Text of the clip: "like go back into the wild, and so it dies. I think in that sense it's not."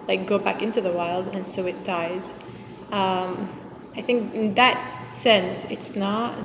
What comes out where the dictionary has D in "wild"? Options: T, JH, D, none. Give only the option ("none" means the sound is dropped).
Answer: D